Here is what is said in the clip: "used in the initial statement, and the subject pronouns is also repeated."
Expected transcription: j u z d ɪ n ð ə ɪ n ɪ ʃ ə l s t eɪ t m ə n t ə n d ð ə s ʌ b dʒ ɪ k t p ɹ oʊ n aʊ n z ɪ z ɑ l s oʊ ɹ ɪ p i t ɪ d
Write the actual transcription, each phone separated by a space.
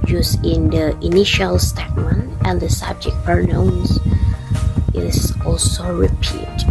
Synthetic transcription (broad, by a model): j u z ɪ n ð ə ɪ n ɪ ʃ ə l s t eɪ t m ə n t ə n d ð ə s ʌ b dʒ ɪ k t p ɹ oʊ ʊ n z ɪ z ɑ l s oʊ ɹ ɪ p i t